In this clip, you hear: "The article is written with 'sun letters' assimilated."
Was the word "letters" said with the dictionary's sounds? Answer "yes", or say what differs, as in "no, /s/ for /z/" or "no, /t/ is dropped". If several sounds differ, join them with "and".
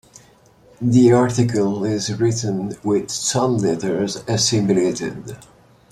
yes